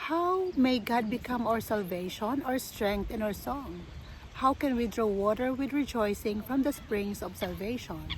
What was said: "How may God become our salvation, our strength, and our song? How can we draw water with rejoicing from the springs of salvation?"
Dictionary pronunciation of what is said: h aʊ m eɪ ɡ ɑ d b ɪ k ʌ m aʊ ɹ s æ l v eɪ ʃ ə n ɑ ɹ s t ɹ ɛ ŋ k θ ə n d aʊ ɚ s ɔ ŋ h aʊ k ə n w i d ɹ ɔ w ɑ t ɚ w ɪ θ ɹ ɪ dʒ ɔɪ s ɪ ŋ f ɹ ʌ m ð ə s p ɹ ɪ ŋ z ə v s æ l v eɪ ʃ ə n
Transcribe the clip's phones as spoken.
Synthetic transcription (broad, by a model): h aʊ m eɪ ɡ ɑ d b ɪ k ʌ m aʊ ɹ s æ l v eɪ ʃ ə n ɑ ɹ s t ɹ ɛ ŋ k t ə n aʊ ɚ s ɔ ŋ h aʊ k ə n w i d ɹ ɔ w ɑ t ɚ w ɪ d ɹ ɪ dʒ ɔɪ s ɪ ŋ f ɹ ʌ m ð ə s p ɹ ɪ ŋ s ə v s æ l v eɪ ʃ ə n